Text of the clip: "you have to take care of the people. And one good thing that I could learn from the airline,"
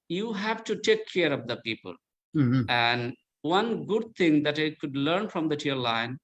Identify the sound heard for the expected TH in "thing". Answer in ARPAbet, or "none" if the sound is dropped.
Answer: T